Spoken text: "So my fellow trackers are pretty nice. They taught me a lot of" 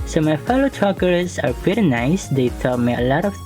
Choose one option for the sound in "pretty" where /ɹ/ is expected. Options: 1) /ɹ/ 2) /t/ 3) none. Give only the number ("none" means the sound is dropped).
3